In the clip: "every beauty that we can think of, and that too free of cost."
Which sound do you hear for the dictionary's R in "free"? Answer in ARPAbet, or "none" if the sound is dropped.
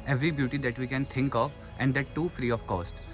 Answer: R